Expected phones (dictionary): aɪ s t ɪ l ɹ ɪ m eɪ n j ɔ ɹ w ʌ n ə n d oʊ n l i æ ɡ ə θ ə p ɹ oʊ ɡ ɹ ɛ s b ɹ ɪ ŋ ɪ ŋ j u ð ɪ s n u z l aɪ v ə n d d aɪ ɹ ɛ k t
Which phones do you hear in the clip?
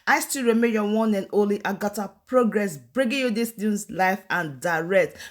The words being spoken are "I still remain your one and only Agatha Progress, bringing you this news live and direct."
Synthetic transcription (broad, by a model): aɪ s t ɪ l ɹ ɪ m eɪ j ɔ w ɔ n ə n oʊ l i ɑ ɡ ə t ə p ɹ oʊ ɡ ɹ ɛ s b ɹ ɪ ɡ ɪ j u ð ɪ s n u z l aɪ f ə n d d aɪ ɹ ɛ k t